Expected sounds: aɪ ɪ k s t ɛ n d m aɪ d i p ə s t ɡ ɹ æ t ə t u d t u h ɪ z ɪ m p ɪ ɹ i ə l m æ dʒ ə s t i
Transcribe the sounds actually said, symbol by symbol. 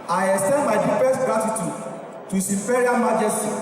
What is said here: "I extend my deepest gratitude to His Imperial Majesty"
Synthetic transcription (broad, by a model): aɪ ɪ s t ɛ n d m aɪ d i f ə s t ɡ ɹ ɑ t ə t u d t u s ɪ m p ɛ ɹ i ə n m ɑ dʒ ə s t i